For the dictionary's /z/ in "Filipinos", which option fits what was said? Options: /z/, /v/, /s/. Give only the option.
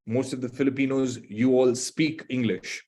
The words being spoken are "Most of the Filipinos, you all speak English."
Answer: /z/